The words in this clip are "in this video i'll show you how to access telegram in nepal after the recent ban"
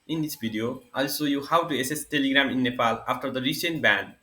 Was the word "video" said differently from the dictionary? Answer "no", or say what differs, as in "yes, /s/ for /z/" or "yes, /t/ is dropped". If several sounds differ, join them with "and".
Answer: yes, /b/ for /v/